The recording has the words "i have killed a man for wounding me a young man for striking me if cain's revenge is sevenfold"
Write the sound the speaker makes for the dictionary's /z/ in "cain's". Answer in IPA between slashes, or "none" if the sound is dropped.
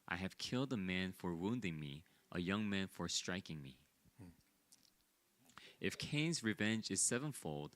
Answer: /z/